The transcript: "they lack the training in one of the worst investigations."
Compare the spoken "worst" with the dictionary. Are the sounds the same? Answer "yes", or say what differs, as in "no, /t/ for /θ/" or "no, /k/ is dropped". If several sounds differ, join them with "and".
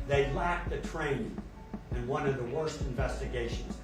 yes